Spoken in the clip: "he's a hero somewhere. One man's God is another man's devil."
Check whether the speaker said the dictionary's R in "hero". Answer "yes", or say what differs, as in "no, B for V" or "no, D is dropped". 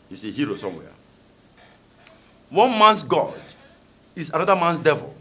yes